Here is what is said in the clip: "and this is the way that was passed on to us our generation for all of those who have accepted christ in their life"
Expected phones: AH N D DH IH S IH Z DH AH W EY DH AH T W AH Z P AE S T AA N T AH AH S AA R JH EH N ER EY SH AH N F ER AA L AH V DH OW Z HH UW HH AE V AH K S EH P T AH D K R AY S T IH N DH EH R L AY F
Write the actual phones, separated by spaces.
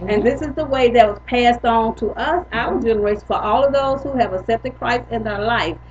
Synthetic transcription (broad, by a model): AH N DH IH S IH Z DH AH W EY DH AH T W AH Z P AE S T N T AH AH S AA L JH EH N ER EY AH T F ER AA L AH V DH OW Z HH UW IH V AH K S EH P T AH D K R AY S IH N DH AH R L AY F